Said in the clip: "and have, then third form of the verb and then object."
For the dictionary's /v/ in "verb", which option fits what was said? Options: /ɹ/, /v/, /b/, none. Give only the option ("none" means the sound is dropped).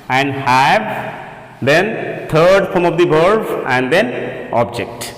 /b/